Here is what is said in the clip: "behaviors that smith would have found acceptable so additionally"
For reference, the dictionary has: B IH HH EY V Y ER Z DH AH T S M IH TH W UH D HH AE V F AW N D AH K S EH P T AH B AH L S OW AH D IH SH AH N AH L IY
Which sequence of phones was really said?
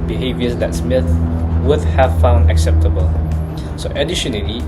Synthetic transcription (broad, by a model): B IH HH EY V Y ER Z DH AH T S M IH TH W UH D HH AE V F AW N D AH K S EH P T AH B AH L S OW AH D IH SH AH N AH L IY